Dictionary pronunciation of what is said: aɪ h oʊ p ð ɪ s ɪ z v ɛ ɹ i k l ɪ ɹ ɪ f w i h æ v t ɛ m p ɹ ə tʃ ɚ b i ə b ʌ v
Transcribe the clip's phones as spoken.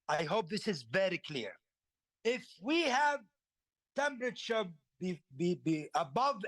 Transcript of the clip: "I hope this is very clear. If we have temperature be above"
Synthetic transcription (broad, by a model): aɪ h oʊ p ð ɪ s ɪ z v ɛ ɹ i k l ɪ ɹ ɪ f w i h æ v t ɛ m p ɹ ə tʃ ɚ b i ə b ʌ v